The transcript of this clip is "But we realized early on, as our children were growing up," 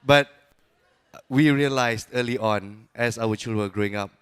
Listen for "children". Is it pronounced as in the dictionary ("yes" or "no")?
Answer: no